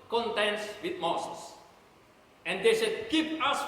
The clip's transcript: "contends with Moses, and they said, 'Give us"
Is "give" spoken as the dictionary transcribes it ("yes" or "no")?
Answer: no